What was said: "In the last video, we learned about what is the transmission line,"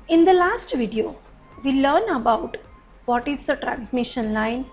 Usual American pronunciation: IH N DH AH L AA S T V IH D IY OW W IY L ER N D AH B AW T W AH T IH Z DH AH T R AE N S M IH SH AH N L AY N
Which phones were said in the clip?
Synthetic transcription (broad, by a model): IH N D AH L AA S T V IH D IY OW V IY L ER N AH B AW T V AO T IH Z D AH T R AE N S M IH SH AH N L AY N